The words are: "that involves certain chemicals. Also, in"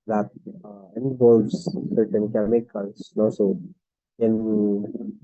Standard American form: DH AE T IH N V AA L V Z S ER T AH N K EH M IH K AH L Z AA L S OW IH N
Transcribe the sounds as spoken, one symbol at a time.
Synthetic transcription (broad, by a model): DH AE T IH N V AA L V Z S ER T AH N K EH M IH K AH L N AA S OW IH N